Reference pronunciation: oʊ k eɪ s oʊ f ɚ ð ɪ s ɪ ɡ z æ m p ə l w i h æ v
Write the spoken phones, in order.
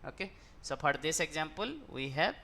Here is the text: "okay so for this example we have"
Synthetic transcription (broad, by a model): oʊ k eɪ s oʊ p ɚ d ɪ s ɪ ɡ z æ m p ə l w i h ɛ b